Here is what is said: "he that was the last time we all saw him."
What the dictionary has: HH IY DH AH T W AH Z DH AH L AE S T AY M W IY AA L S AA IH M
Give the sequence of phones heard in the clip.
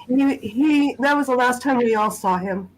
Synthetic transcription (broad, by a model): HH IY DH AH T W AH Z DH AH L AE S T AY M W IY AA L S AA IH M